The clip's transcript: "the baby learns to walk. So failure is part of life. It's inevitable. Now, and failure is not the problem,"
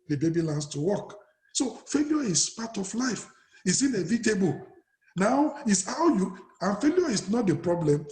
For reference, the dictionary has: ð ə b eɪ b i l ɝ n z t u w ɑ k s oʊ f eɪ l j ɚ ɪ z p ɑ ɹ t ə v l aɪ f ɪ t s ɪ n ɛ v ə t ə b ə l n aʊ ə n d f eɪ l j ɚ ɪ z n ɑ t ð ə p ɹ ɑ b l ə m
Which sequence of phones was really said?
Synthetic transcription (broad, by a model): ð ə b eɪ b i l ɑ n s t u w ɑ k s oʊ f eɪ l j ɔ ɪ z p ɑ t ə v l aɪ f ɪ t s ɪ n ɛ v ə t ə b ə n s aʊ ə n f eɪ l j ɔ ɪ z n ɑ t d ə p ɹ ɑ b l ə m